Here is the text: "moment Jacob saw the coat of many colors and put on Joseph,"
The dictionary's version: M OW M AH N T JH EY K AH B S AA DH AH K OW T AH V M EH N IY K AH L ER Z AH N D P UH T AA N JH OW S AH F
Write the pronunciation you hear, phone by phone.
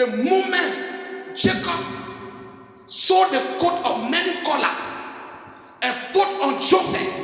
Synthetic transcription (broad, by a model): M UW M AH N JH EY K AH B S AA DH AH K OW T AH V M EH N IY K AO L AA S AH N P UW T AA N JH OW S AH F